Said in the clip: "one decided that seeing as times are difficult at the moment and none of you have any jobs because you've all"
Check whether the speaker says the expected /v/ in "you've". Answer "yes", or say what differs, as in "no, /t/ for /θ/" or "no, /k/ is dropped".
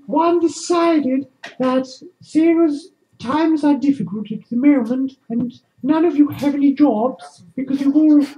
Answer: no, /w/ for /v/